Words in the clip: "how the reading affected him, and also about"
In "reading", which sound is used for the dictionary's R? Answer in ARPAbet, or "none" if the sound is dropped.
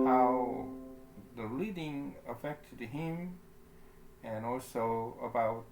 L